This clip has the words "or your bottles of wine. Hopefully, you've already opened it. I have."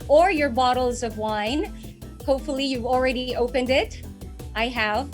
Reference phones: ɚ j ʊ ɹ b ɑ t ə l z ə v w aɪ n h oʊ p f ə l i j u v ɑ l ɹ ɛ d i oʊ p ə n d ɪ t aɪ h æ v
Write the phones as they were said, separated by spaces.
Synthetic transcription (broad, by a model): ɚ j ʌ ɹ b ɑ t l z ə v w aɪ n h oʊ p f l i j u v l ɹ ɛ d i oʊ p ə n d ɪ t aɪ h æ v